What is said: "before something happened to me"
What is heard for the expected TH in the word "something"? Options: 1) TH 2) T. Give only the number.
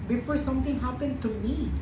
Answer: 2